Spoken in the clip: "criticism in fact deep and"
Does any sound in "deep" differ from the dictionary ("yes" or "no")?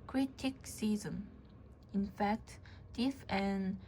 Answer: yes